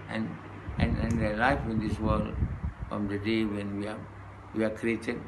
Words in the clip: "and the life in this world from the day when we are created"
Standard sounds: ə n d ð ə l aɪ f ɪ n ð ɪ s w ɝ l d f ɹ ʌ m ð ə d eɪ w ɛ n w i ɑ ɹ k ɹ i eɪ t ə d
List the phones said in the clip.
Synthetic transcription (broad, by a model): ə n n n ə l aɪ f ɪ n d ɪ s w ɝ l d f ɹ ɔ m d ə d eɪ w ɛ n w i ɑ w k ɹ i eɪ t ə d